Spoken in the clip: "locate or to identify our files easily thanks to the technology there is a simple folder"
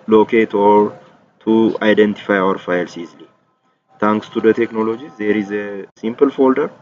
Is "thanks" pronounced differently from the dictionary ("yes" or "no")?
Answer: yes